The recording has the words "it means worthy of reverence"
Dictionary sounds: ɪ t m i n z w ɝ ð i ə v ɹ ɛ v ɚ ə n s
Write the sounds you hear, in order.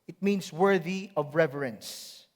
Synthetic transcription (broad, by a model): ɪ t m i n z w ɝ ð i ə v ɹ ɛ v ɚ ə n s